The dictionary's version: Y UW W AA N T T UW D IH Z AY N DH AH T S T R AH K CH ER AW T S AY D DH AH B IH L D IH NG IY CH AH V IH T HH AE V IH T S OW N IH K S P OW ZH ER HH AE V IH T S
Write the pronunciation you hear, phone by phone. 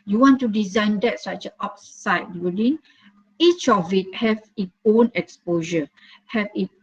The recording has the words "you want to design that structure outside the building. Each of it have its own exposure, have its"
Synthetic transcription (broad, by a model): Y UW W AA N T T UW D IH Z AY N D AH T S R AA CH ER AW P S AY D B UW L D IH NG IY CH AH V IH T HH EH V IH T OW N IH K S P OW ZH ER HH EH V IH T